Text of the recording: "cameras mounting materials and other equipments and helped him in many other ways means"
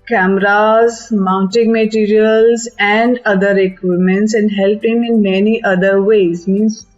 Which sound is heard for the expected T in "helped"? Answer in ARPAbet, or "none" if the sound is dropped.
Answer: none